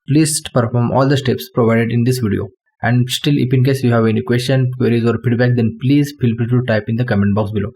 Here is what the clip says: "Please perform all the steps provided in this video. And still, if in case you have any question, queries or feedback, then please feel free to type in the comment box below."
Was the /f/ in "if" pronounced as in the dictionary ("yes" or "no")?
no